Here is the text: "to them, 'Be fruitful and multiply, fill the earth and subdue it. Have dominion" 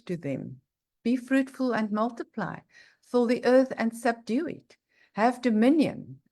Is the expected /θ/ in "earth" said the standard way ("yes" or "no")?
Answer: yes